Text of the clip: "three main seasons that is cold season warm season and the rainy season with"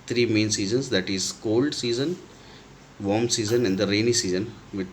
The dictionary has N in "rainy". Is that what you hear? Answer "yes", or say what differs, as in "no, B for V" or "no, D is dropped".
yes